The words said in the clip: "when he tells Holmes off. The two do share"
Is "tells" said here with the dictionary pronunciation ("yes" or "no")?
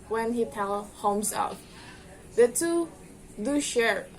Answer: no